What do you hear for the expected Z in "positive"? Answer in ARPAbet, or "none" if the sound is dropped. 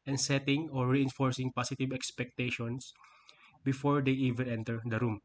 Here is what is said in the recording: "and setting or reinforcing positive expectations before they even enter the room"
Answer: S